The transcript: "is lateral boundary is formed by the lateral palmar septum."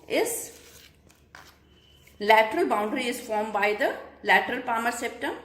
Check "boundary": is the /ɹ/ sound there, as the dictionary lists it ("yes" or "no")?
yes